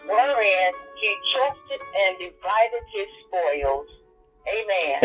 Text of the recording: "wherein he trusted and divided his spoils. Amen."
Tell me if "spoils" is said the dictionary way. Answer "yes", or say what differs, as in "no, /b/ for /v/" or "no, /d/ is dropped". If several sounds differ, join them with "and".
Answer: yes